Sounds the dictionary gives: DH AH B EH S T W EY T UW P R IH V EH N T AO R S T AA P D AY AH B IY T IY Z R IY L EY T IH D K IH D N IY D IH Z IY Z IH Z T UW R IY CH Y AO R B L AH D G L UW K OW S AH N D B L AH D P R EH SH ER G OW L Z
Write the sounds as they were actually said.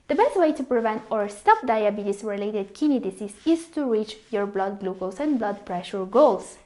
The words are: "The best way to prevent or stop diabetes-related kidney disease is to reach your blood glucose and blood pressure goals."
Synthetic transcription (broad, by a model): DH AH B EH S T W EY T UW P R IH V EH N T AO R S T AA P D AY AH B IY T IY S R IY L EY T IH D K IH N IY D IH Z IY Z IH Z T UW R IY CH Y AO R B L AH D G L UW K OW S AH N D B L AH D P R EH SH ER G OW L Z